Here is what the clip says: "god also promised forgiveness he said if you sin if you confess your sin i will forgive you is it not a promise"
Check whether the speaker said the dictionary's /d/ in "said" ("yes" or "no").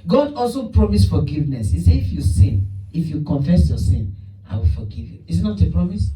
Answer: no